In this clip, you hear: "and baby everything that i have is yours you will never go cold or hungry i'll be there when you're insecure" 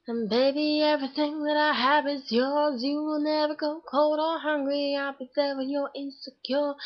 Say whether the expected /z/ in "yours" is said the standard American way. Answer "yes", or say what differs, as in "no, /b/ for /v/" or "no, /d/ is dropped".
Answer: yes